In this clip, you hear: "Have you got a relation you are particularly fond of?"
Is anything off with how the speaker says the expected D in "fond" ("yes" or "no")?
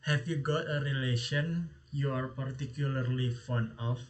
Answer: yes